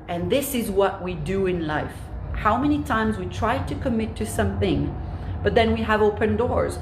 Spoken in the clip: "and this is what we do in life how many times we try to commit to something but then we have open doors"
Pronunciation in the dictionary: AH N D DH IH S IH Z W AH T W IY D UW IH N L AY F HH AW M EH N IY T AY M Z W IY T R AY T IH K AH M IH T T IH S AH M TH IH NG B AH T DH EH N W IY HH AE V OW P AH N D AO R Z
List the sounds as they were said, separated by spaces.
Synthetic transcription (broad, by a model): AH N DH IH S IH Z W AH T W IY D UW IH N L AY F HH AW M EH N IY T AY M Z W IY T R AY T IH K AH M IH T T IH S AH M TH IH NG B AH T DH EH N W IY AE V OW P AH N D AO R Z